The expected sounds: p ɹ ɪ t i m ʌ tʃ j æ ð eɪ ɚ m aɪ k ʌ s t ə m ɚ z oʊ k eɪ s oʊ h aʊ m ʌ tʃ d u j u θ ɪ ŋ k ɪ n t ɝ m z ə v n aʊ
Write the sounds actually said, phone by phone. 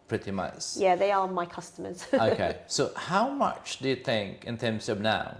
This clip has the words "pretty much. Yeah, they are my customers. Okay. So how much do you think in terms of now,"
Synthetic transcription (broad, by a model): p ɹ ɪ t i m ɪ s j æ ð eɪ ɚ m aɪ k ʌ s t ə m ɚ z oʊ k eɪ s oʊ h aʊ m ʌ tʃ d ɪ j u θ ɪ ŋ k ɪ n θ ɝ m s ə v n aʊ